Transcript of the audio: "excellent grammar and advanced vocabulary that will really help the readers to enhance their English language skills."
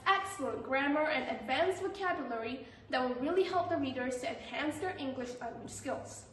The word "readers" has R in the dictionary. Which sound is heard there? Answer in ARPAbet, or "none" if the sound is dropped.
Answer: R